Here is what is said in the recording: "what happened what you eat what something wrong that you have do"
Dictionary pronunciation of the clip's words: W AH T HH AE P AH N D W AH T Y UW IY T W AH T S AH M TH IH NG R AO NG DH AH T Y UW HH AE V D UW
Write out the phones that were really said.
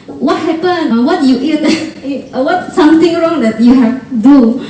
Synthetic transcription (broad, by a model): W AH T HH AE P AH N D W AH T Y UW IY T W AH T S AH M T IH NG R AO NG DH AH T Y UW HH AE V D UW